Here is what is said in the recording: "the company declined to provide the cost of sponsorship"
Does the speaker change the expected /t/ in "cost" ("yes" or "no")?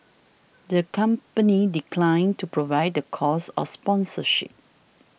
yes